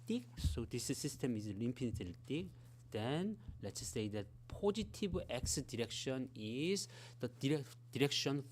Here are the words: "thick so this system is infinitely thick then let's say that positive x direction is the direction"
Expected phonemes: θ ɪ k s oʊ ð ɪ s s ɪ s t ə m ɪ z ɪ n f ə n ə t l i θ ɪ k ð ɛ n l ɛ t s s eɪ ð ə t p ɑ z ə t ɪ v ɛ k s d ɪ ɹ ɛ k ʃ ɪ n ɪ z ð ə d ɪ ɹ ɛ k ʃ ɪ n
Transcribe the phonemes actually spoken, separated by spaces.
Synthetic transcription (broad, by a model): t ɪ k s oʊ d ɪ s s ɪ s t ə m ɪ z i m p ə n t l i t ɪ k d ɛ n l ɛ t s s eɪ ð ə t p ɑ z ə t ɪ b ɛ k s d ɪ ɹ ɛ k ʃ ɪ n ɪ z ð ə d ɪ ɹ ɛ k ʃ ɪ n